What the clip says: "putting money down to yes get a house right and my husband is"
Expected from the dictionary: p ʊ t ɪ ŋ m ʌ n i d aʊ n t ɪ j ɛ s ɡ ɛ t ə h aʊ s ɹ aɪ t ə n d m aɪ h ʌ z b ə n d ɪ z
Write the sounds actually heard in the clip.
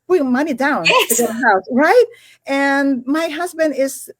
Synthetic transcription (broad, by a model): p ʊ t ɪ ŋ m ʌ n i d aʊ n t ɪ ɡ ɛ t ə h aʊ s ɹ aɪ t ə n m aɪ h ʌ z b ə n d ɪ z